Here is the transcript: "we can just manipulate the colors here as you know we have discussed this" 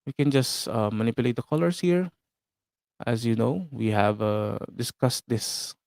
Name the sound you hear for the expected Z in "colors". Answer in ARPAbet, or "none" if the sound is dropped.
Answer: S